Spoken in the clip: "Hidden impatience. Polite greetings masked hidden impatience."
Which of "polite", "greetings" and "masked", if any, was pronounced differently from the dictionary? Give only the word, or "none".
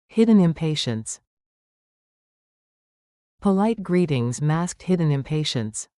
none